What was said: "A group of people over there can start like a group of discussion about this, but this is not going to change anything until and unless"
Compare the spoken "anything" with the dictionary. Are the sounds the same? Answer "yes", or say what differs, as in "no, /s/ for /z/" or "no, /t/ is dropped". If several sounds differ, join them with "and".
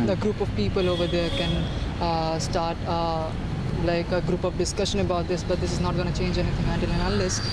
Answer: no, /t/ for /θ/